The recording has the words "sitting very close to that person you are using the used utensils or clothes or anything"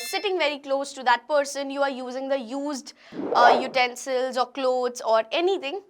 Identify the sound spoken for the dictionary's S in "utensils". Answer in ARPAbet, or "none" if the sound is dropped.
S